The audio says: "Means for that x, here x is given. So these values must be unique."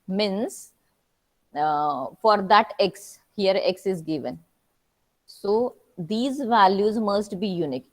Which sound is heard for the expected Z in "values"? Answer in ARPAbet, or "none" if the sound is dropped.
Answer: Z